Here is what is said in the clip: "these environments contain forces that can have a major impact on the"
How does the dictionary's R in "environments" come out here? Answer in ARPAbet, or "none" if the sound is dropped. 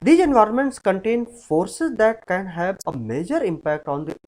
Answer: R